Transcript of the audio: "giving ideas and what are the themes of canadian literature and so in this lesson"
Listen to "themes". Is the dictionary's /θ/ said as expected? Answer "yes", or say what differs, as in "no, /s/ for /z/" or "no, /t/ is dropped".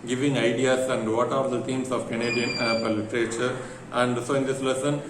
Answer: no, /t/ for /θ/